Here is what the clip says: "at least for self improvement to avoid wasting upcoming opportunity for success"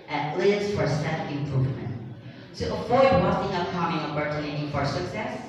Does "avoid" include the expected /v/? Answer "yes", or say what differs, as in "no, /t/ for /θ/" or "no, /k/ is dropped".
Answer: no, /f/ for /v/